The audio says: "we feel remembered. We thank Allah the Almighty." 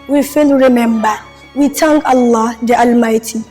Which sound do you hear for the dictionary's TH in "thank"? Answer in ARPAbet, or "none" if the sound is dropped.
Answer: T